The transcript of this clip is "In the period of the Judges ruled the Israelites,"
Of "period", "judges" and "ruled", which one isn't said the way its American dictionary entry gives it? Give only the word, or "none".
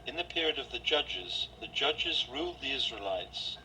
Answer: none